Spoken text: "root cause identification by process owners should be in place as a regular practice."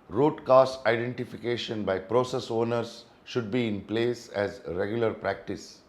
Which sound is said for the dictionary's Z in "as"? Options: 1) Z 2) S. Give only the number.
1